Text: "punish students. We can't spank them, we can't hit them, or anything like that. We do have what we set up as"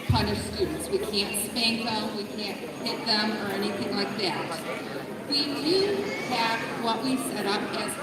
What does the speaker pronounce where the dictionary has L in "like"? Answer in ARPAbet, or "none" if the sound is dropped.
L